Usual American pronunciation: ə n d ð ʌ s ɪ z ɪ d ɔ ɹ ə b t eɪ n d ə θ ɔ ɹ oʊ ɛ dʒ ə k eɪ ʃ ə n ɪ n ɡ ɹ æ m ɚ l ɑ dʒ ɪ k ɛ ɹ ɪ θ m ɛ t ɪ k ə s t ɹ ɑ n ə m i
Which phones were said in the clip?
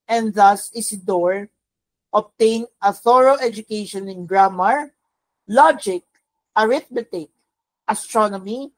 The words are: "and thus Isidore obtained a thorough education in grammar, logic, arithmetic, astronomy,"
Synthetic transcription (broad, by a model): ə n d ð ʌ s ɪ s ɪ d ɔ ɹ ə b t eɪ n ə θ ɔ ɹ oʊ ɛ dʒ ə k eɪ ʃ ə n ɪ n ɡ ɹ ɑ m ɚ l ɑ dʒ ɪ k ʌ ɹ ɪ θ m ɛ t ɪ k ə s t ɹ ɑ n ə m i